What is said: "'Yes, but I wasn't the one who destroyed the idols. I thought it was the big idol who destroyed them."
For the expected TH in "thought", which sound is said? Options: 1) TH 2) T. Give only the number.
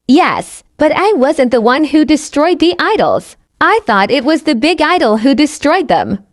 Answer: 1